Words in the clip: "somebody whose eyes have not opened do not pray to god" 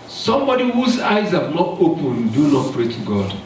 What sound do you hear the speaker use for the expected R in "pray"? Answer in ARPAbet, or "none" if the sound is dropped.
R